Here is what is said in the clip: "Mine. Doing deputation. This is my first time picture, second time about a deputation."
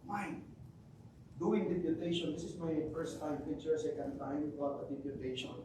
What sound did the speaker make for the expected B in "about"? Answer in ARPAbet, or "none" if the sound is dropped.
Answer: none